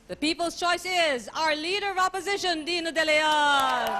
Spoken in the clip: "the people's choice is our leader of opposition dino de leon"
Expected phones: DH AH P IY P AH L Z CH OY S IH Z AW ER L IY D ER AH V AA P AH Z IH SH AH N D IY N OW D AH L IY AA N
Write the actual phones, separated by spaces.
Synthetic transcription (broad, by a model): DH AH P IY P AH L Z CH OY S IH Z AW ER L IY D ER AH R AA P AH Z IH SH AH N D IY N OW D AH L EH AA